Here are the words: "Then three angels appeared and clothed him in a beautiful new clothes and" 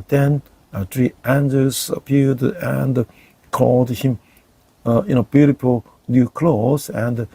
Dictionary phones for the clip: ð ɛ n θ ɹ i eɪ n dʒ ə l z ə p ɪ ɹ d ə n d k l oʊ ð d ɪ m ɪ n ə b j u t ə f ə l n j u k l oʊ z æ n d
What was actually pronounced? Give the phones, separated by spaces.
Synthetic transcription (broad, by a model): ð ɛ n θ ɹ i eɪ n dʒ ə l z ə p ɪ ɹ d ə n d k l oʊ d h ɪ m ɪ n ə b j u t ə p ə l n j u k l oʊ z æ n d